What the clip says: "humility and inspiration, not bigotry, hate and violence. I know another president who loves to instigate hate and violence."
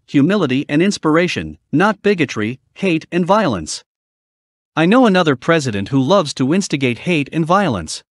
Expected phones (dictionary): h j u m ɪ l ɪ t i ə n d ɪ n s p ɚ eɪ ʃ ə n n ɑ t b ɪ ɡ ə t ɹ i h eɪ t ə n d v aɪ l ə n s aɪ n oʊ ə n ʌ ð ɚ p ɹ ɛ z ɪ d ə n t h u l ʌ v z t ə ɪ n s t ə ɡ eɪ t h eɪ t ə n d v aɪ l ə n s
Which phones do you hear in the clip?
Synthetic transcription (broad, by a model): h j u m ɪ l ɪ t i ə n ɪ n s p ɚ eɪ ʃ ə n n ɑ t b ɪ ɡ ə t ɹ i h eɪ t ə n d v aɪ l ə n s aɪ n oʊ ə n ʌ ð ɚ p ɹ ɛ z ɪ d ə n t h u l ʌ v z t ə ɪ n s t ə ɡ eɪ t h eɪ t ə n v aɪ l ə n s